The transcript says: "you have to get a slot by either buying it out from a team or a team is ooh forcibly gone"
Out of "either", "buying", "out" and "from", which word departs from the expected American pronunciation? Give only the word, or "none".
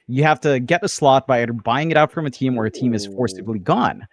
either